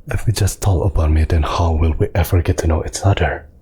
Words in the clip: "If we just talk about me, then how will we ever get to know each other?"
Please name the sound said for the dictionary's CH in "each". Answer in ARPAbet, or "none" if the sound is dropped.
S